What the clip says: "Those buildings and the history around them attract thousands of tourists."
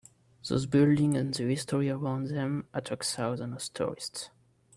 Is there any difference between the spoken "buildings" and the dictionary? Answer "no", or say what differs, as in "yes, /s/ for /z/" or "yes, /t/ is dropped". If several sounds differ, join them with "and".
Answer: yes, /z/ is dropped